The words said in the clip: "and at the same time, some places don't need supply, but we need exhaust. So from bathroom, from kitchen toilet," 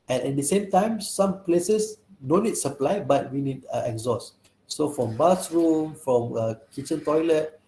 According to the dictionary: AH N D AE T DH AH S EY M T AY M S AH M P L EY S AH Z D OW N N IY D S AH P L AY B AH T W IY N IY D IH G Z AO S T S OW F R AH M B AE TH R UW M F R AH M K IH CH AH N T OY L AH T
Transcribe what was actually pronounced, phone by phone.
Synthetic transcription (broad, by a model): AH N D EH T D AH S EY M T AY M S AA M P L EY S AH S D OW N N IY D S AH P L AY B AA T W IY N IY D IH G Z AO S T S OW F R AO M B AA S R UW M F R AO M K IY CH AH N T OY L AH T